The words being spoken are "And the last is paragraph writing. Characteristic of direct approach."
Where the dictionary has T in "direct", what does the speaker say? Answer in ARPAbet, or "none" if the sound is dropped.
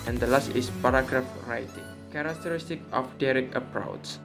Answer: none